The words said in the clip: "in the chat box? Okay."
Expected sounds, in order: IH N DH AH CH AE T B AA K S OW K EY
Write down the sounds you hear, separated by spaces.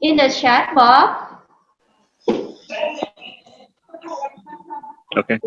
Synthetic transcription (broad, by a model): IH N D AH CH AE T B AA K OW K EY